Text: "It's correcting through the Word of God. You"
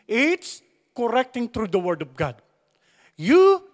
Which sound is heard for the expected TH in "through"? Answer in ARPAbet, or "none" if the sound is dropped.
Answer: T